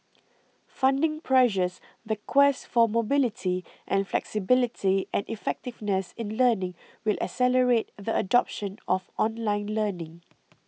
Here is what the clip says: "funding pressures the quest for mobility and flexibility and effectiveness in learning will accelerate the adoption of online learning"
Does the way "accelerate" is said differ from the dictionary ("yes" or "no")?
yes